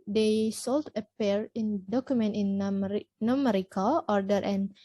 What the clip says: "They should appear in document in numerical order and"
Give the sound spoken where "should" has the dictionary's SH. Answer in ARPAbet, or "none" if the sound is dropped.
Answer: S